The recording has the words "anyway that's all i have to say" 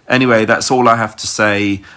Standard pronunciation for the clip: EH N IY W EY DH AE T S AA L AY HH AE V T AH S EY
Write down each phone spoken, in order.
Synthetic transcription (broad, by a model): EH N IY W EY DH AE T S AA L AY HH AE F T AH S EY